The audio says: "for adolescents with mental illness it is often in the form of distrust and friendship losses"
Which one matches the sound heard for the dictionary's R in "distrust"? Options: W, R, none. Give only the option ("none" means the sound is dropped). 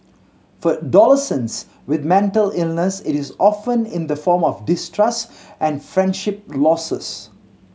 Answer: R